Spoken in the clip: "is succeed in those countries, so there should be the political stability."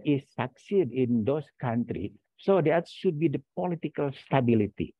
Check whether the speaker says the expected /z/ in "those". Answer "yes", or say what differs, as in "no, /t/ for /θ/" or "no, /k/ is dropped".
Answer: no, /s/ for /z/